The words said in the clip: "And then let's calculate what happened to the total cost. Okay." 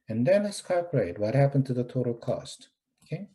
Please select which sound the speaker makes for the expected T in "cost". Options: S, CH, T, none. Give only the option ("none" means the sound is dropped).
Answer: T